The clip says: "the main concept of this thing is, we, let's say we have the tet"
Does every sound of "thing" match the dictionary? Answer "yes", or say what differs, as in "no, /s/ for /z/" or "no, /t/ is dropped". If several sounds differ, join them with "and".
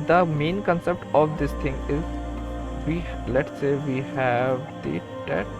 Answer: no, /t/ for /θ/